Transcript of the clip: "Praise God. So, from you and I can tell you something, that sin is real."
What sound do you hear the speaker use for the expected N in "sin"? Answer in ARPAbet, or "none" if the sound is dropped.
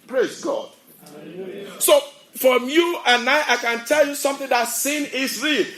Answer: N